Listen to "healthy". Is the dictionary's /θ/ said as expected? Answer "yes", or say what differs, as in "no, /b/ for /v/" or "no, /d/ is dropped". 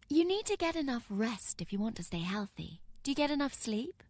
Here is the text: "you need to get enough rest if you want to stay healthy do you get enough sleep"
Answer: yes